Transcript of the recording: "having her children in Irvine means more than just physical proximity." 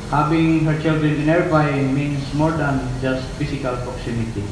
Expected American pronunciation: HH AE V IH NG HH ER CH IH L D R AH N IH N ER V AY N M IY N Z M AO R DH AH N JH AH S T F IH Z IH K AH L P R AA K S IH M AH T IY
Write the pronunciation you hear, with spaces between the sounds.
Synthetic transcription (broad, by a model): HH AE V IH NG HH ER CH IH L D R AH N IH N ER B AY M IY N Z M AO R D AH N JH AH S T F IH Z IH K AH L P R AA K S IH M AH T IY